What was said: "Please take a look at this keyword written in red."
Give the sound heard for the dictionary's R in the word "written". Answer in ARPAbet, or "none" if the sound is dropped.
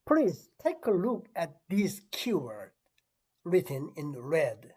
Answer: R